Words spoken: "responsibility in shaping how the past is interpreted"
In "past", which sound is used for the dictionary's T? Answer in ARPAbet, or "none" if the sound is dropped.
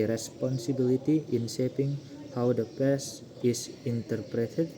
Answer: none